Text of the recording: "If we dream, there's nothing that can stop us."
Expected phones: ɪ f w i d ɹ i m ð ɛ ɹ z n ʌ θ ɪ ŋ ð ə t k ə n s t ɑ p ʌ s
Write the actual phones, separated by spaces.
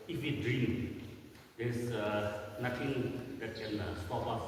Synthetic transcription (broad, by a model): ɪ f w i d ɹ i m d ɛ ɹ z n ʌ t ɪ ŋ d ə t k ə n s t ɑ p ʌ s